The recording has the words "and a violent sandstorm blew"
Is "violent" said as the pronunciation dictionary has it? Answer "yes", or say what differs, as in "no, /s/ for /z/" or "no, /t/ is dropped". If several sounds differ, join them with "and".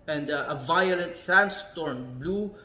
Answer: yes